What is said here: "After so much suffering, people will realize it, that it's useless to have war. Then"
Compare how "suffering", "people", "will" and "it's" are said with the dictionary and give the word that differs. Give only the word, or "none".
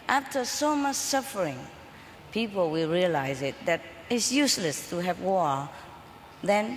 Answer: none